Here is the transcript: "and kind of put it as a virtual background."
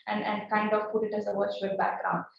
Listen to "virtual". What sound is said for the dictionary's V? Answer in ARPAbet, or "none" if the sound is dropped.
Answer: W